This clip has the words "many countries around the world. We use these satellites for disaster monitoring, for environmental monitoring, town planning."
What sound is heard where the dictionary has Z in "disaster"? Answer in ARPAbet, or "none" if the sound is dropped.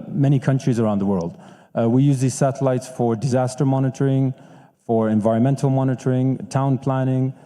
Z